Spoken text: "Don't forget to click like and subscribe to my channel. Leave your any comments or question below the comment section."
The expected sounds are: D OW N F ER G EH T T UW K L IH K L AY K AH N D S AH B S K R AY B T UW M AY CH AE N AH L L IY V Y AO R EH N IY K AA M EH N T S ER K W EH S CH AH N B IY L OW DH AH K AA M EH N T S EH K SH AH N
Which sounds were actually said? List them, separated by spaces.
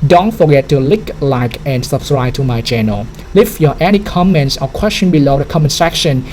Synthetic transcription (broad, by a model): D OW N F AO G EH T T UW L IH K L AY K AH N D S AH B S K R AY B T UW M AY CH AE N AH L L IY F Y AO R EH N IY K AA M EH N T S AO K W EH S CH AH N B IY L OW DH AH K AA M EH N S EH K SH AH N